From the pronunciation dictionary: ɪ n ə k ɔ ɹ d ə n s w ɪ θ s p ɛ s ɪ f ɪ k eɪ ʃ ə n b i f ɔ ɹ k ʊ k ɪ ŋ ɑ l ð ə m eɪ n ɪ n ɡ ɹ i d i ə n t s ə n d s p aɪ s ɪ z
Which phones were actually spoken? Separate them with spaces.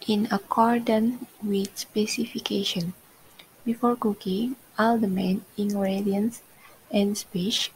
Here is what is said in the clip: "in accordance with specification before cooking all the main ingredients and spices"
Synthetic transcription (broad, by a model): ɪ n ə k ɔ ɹ d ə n w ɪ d s p ɛ s ɪ f ɪ k eɪ ʃ ə n b i f ɔ ɹ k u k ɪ ɑ l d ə m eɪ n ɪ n ɡ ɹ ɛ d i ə n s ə n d s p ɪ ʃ